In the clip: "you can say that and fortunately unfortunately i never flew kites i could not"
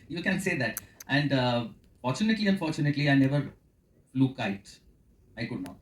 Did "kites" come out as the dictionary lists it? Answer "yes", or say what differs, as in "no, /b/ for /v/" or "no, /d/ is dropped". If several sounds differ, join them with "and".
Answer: no, /s/ is dropped